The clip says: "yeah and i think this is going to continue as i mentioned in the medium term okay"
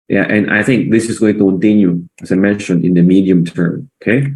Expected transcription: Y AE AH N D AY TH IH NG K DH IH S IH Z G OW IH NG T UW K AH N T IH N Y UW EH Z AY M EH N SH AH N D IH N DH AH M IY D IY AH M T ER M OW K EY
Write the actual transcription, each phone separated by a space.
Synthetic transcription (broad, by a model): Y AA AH N AY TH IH NG K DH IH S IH S G OW IH NG T UW K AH N T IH N Y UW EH S AY M EH N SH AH N IH N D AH M IY D IY AH M T ER M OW K EY